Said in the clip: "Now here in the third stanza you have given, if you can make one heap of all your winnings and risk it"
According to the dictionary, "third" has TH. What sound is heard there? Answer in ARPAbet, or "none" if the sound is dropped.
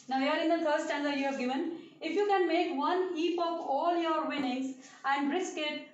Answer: F